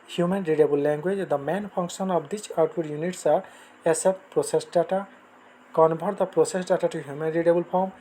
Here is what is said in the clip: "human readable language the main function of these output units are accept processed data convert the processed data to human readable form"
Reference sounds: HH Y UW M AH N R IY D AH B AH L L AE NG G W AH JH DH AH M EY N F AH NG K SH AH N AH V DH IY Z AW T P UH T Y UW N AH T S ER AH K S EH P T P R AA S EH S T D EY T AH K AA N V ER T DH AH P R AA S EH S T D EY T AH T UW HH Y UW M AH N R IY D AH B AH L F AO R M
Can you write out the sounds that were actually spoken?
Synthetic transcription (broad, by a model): HH Y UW M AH N R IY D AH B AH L L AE NG G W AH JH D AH M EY N P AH NG K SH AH N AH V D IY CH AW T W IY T Y UW N AH T S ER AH S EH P P R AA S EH S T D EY T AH K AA N B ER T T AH P R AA S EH S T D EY T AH T UW HH Y UW M AH N R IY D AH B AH L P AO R M